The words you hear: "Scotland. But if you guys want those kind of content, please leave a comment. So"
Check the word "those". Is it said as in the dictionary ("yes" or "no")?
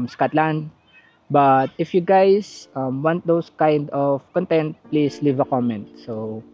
no